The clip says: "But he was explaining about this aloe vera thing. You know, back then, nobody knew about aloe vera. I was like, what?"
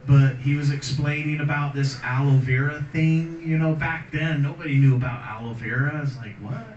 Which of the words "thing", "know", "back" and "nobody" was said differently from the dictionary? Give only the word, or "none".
none